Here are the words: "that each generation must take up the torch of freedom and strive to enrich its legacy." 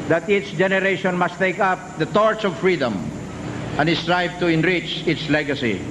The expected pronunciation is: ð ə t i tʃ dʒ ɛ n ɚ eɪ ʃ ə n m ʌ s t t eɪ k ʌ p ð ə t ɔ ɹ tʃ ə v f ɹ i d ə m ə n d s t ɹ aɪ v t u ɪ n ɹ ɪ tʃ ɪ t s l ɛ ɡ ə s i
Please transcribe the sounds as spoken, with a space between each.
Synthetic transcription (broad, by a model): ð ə t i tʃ dʒ ɛ n ɚ eɪ ʃ ə n m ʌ s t t eɪ k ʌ p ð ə t ɔ ɹ s ə v f ɹ i d ə m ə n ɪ s t ɹ aɪ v t u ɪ n ɹ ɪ tʃ ɪ t s l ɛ ɡ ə s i